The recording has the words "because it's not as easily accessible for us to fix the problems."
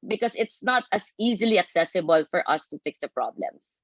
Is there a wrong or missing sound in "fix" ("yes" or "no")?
no